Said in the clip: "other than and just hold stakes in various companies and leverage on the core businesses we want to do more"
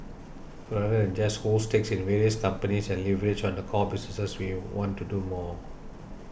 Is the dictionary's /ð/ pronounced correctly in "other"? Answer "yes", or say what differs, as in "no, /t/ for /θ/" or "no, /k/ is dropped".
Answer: no, /ð/ is dropped